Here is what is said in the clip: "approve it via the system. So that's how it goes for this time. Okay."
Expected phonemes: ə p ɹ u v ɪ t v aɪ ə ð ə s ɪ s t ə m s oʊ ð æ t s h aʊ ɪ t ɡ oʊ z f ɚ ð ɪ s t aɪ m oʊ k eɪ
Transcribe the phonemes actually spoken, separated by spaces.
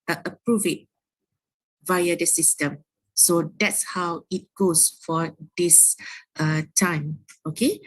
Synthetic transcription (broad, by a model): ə p ɹ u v ɪ t v aɪ ə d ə s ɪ s t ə m s oʊ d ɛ t s h aʊ ɪ t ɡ oʊ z f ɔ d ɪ s t aɪ m oʊ k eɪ